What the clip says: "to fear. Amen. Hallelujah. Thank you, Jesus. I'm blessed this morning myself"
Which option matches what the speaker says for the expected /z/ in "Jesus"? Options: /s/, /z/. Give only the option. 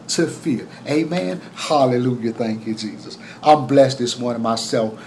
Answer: /z/